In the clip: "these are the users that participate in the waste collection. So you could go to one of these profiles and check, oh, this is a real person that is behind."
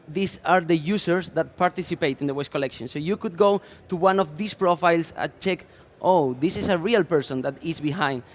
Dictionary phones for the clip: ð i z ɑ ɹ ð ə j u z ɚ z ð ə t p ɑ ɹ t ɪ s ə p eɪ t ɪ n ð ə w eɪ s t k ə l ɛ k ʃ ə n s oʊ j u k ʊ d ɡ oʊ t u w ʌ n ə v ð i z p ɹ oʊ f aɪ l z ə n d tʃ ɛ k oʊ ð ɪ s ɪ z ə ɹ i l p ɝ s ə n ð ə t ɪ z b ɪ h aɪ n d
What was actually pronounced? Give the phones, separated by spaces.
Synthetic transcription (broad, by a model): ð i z ɑ ɹ ð ə j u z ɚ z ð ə t p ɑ ɹ t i s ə p eɪ t ɪ n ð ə w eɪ s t k ə l ɛ k ʃ ə n s oʊ j u k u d ɡ oʊ t u w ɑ n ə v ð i s p ɹ oʊ f aɪ l s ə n tʃ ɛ k oʊ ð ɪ s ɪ s ə ɹ i l p ɝ s ə n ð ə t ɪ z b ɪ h aɪ n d